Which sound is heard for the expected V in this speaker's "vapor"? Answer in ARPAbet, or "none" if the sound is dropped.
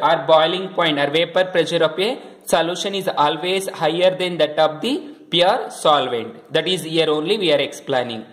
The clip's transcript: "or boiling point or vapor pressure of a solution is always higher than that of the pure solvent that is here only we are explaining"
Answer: V